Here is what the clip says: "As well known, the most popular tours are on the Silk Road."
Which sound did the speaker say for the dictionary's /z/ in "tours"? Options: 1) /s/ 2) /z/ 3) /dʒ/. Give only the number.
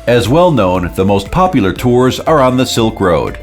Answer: 2